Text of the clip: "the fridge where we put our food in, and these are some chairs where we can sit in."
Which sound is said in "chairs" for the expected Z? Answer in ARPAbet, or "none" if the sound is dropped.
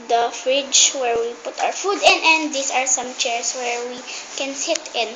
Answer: S